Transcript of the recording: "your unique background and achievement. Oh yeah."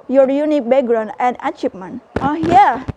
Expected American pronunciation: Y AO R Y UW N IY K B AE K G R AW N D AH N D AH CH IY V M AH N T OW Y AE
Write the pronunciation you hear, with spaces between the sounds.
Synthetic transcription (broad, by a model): Y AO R Y UW N IY K B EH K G R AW N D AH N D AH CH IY P M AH N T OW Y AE